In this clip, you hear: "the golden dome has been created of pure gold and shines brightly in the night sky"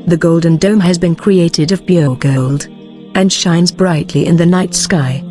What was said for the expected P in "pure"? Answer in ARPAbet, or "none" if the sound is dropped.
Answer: B